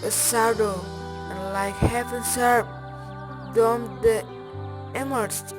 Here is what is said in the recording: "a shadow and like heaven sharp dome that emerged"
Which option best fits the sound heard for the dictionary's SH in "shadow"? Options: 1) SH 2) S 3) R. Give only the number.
2